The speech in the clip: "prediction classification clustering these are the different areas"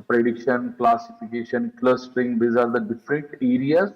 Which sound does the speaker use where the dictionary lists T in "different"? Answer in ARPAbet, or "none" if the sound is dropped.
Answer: T